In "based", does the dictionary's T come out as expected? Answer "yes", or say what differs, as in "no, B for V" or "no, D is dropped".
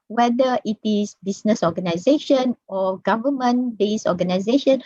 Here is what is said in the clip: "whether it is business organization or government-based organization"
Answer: no, T is dropped